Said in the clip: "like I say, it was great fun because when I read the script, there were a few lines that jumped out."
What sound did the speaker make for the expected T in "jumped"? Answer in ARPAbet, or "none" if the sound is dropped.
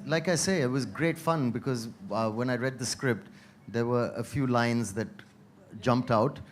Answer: T